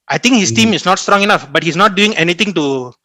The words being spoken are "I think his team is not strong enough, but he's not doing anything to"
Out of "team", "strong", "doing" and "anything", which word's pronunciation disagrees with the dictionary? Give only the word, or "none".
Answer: anything